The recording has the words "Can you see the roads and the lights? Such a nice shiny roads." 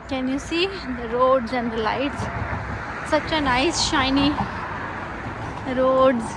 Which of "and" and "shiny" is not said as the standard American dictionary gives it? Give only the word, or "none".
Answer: none